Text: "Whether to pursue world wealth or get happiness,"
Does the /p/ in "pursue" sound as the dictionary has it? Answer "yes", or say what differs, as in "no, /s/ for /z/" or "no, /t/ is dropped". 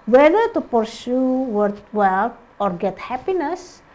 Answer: yes